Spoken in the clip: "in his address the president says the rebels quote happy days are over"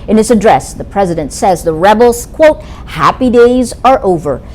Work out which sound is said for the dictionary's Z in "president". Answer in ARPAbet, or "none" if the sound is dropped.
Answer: Z